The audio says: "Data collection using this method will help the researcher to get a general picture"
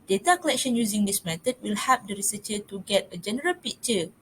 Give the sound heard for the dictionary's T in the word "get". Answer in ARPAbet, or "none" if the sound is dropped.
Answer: T